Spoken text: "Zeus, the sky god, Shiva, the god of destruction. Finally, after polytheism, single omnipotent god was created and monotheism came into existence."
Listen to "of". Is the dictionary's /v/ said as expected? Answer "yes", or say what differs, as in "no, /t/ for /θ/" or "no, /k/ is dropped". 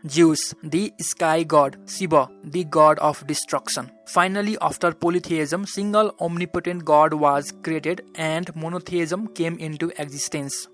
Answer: no, /p/ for /v/